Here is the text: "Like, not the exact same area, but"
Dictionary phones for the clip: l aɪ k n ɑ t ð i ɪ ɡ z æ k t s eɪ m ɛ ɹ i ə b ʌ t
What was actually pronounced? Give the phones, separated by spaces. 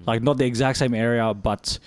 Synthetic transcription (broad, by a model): l aɪ k n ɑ t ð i ɪ ɡ z æ k t s eɪ m ɛ ɹ i ə b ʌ t